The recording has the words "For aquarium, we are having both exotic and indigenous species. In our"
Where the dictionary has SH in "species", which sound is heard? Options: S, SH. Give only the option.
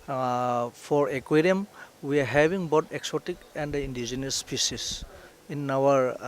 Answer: S